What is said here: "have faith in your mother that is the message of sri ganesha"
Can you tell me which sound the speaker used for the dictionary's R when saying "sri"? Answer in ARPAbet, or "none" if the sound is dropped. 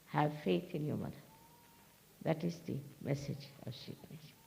none